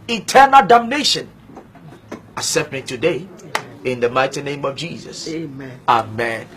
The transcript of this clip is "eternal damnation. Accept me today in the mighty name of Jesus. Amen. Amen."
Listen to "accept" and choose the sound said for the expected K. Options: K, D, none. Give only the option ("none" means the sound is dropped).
none